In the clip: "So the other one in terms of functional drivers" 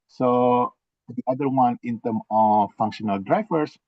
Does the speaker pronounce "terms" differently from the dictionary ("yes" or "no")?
yes